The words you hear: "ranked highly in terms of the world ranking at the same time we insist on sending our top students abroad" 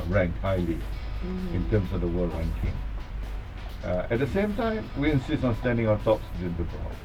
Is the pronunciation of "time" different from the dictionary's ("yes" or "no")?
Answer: no